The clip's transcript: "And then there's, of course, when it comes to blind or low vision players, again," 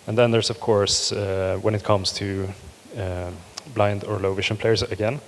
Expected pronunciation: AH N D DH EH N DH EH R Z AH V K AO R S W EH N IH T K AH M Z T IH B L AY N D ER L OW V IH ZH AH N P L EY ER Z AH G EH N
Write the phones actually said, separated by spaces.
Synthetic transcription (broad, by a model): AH N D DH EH N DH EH R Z AH V K AO R S W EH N IH T K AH M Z T IH B L AY N D ER L OW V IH SH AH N P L EY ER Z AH G EH N